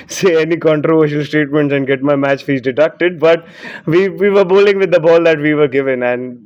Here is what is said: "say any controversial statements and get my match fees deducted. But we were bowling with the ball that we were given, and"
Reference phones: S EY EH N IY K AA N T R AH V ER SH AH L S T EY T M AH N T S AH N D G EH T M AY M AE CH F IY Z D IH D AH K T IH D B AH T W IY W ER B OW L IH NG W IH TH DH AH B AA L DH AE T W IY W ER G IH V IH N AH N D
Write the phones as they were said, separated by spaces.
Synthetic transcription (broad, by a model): S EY EH N IY K AA N T R AH V ER SH AH L S T EY T M AH N T S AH N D G EH T M AY M AE CH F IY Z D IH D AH K T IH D B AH T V IY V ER B OW L IH NG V IH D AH B AA L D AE T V IY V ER G IH V IH N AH N D